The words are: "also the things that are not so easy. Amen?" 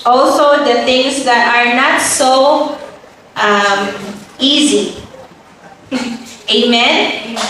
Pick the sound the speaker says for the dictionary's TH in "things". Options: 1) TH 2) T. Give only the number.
2